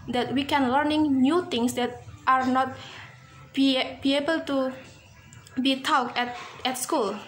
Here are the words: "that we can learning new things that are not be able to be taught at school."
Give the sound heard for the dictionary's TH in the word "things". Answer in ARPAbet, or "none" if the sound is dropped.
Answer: T